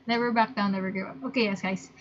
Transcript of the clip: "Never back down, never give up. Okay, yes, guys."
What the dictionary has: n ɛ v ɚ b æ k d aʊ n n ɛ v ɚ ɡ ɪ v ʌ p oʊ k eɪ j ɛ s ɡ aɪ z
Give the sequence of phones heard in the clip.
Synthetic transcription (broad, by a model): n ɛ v ɚ b æ k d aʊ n n ɛ v ɚ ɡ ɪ ʌ p oʊ k eɪ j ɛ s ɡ aɪ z